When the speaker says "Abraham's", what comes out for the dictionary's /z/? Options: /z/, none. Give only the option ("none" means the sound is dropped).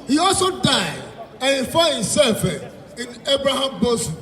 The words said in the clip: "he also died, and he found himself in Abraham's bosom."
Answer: none